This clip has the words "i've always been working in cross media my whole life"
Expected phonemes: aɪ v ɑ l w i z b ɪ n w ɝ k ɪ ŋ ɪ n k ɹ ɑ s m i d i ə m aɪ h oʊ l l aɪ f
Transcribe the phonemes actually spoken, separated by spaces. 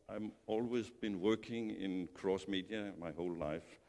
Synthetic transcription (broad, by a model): aɪ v ɑ l w i z b ɪ n w ɝ k ɪ ŋ ɪ n k ɹ ɑ s m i d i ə m aɪ h oʊ l l aɪ f